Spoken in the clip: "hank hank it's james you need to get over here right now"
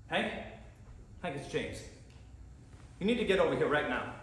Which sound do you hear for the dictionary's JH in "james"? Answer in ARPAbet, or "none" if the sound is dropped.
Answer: CH